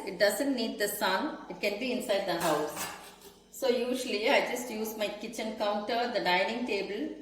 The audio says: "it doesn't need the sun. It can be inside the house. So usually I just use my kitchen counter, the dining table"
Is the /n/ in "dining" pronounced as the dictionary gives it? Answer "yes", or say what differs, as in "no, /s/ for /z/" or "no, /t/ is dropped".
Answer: yes